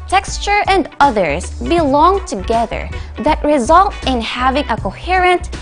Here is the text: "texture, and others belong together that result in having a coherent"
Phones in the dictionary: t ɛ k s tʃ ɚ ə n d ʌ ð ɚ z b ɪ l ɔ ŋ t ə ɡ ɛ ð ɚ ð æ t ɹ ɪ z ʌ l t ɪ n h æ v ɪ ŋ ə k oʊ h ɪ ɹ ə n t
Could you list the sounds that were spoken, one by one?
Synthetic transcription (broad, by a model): t ɛ k s tʃ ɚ ə n d ʌ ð ɚ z b ɪ l ɔ ŋ t ə ɡ ɛ ð ɚ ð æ t ɹ ɪ z ʌ l t ɪ n h æ v ɪ ŋ ə k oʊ h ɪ ɹ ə n t